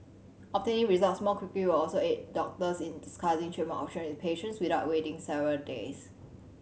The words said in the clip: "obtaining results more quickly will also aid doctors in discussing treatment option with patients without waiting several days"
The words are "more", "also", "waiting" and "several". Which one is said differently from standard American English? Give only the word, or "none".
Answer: more